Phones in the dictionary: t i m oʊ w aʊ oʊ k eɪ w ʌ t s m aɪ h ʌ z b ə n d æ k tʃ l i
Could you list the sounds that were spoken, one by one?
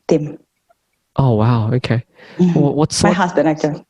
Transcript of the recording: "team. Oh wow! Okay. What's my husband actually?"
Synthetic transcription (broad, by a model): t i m oʊ w aʊ oʊ k eɪ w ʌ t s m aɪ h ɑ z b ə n æ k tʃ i